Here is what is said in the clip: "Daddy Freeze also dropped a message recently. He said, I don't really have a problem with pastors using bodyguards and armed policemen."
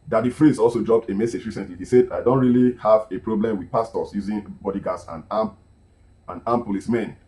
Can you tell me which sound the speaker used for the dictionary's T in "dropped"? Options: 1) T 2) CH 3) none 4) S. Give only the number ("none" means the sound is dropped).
1